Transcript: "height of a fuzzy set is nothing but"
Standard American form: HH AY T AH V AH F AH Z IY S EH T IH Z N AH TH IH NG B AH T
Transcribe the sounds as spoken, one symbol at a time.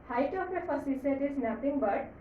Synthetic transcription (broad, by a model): HH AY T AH P AH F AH S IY S EH T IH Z N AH T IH NG B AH T